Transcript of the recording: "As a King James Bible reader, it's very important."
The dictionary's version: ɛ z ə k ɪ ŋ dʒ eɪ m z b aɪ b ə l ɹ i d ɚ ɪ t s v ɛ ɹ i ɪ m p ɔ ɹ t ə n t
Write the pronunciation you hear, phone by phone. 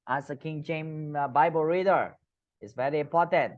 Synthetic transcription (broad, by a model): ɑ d ə k ɪ ŋ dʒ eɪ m b aɪ b ə l ɹ i d ɚ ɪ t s v ɛ ɹ i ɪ m p ɔ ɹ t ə n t